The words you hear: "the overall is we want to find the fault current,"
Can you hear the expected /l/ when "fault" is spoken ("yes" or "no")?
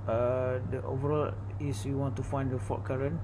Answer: no